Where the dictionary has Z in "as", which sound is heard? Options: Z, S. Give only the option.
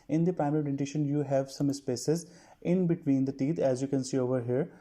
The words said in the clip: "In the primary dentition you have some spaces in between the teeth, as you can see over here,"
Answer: Z